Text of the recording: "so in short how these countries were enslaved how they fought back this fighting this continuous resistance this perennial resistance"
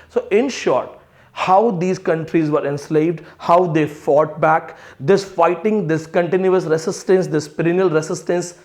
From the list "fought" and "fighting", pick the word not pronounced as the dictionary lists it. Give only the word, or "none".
none